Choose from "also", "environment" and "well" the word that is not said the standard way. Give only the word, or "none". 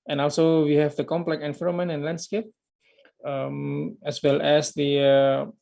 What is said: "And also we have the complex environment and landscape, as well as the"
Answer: environment